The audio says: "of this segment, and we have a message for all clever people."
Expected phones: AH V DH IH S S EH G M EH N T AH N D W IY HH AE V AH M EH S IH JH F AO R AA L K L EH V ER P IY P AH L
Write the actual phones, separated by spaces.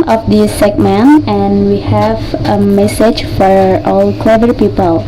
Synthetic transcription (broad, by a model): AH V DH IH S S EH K M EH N AH N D W IY HH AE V AH M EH S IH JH F AO R AA L K L EH V ER P IY P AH L